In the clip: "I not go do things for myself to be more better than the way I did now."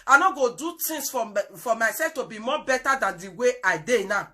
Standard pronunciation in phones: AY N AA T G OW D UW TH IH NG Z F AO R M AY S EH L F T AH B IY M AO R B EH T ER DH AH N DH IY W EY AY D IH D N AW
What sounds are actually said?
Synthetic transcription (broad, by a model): AY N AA G OW D UW T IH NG S F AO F M AY S EH L F T AH B IY M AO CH B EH T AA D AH N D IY W EY AY D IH N AW